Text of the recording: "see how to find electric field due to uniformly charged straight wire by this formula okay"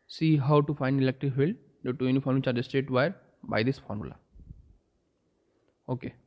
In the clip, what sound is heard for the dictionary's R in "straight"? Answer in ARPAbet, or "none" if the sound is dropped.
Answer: none